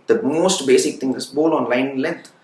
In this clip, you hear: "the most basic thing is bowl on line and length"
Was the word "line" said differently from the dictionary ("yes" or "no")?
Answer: yes